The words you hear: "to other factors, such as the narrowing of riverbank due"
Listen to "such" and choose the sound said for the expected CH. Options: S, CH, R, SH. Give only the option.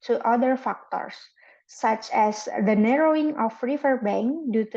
CH